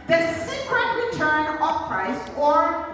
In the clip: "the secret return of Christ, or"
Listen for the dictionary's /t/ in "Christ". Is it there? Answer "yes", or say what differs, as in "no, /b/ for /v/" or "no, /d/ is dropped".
no, /t/ is dropped